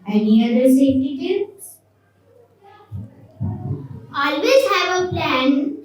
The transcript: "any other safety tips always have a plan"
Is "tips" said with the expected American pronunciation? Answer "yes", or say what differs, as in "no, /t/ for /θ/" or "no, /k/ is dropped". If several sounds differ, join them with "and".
no, /p/ is dropped